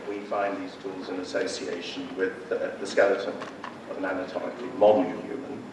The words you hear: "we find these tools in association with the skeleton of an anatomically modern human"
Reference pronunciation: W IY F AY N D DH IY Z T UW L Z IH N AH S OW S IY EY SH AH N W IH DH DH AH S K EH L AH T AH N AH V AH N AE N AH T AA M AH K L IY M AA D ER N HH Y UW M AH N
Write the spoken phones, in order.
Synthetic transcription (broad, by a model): W IY F AY N DH IY Z T UW L Z IH N AH S OW S IY EY SH AH N W IH DH DH AH S K EH L AH T AH N AH V AH N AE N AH T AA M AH K L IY M AA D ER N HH Y UW M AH N